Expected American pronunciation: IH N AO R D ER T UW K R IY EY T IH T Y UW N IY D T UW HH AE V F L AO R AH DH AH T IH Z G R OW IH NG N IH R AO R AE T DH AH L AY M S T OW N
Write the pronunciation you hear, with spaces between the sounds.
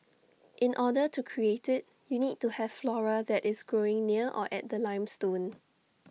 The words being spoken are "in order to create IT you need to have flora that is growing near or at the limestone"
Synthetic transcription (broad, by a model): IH N AO D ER T UW K R IY EY T IH T Y UW N IY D T UW HH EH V F L AO R AH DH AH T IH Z G R OW IH NG N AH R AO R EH T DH AH L AY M S T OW N